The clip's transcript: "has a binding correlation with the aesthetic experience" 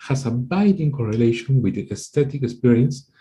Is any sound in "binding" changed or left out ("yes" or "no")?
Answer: yes